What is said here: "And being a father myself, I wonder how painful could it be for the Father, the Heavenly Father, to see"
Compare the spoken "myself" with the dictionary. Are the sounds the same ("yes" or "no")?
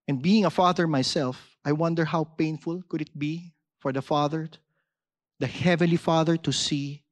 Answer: yes